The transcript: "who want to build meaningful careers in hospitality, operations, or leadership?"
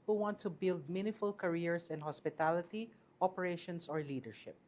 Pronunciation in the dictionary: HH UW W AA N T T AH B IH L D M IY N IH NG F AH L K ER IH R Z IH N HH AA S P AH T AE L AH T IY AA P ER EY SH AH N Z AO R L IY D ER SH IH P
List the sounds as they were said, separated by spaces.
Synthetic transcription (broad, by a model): HH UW W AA N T T AH B IH L D M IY N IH F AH L K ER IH R S IH N HH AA S P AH T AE L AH T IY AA P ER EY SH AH N S AO R L IY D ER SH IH P